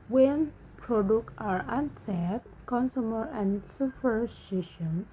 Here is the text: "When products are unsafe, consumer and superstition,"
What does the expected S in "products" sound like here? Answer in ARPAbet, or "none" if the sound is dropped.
none